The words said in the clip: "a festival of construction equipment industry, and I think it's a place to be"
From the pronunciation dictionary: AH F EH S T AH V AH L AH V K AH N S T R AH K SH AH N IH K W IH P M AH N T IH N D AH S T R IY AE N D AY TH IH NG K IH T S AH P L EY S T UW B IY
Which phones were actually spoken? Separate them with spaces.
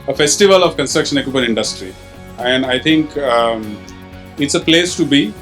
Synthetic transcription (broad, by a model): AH F EH S T AH V AH L AH V K AH N S T R AH K SH AH N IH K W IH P AH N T IH N D AH S T R IY AE N D AY T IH NG K IH T S AH P L EY S T UW B IY